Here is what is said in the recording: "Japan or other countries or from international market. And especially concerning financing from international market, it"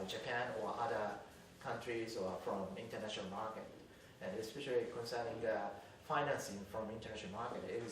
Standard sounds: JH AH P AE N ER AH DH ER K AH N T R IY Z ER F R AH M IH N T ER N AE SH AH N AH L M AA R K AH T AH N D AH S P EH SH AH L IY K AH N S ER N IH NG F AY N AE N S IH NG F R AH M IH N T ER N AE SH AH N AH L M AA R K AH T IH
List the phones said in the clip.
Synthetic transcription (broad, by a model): JH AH P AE N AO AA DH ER K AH N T R IY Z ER F R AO M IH N T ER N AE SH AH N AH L M AA K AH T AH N AH S P EH SH AH L IY K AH N S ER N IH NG F AY N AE N S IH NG F R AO M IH N T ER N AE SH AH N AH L M AA K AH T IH